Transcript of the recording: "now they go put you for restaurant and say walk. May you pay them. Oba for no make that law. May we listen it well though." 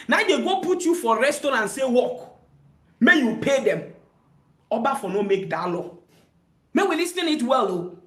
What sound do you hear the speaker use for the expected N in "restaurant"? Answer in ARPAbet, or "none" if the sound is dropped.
none